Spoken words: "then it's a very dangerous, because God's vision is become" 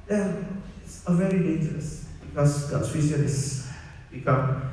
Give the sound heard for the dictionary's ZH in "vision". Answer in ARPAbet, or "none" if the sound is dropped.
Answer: S